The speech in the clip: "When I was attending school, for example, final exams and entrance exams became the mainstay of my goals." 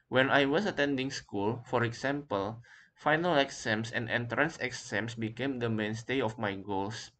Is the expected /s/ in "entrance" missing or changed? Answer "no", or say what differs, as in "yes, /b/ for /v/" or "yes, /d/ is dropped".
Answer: no